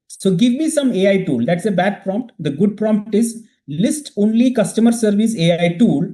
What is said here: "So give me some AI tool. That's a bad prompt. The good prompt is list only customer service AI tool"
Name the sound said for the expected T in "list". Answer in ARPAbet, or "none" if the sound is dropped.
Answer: T